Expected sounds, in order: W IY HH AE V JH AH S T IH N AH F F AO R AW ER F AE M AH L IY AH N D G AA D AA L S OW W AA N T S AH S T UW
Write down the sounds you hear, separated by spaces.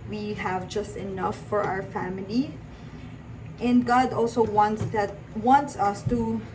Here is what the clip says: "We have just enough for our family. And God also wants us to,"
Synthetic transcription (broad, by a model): W IY HH AE V JH AH S T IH N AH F F AO R AW ER F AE M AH L IY AH N D G AA D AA L S OW W AA N T S AH S T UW